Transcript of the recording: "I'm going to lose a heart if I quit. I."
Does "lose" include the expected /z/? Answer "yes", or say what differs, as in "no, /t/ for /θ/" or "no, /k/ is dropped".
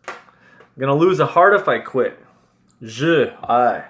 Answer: yes